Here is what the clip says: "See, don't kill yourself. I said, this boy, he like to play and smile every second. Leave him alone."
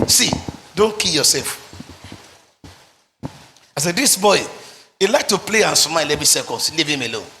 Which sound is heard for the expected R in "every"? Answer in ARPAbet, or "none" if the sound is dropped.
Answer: none